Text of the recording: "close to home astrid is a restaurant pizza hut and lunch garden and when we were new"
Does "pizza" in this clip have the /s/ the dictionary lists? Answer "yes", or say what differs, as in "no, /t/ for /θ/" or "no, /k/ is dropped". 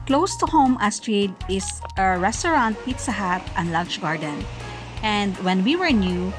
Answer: yes